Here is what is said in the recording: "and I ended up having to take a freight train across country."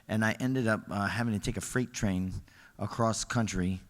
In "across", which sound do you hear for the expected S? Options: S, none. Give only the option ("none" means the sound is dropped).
S